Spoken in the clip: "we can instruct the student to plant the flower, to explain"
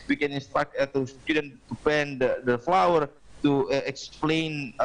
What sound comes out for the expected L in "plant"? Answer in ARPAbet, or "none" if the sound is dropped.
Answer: none